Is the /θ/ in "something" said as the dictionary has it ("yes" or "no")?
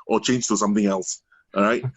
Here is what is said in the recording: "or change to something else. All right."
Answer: yes